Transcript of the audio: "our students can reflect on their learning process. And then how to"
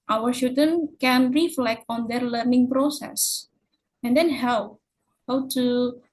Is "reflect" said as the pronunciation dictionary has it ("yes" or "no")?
yes